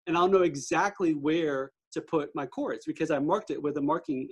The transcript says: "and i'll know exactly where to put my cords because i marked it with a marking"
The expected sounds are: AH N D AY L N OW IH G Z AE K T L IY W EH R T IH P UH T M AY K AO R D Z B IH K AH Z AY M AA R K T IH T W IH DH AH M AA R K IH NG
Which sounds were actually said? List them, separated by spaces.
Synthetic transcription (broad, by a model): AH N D AY L N OW IH G Z AE K T L IY W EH R T IH P UH T M AY K AO R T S B IH K AH Z AY M AA R K T IH T W IH DH AH M AA R K IH NG